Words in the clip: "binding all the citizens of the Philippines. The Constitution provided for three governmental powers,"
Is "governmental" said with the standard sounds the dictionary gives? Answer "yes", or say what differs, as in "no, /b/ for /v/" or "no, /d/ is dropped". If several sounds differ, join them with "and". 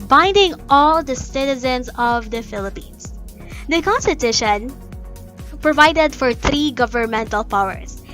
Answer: yes